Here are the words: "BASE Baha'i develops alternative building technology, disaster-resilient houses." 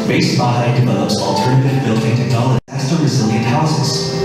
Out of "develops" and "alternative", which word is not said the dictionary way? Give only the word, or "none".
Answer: none